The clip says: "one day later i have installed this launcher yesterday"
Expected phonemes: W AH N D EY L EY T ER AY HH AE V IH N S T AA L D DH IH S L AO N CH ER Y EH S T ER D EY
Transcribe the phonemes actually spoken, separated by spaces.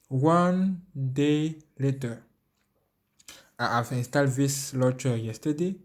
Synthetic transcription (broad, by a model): W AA N D EY L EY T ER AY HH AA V IH N S T AA L D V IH S L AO CH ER Y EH S T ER D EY